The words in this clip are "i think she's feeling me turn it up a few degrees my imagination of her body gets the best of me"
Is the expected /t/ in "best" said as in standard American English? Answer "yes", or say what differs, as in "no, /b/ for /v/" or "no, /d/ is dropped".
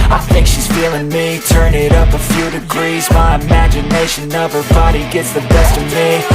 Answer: yes